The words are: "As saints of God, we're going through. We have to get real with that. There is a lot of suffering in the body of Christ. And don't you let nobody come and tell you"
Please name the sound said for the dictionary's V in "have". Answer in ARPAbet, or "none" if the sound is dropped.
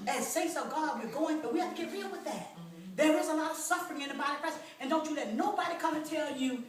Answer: F